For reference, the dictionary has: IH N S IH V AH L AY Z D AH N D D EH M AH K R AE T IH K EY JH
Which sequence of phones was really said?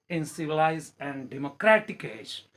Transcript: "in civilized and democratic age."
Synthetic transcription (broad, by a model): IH N S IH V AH L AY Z AH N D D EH M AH K R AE T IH K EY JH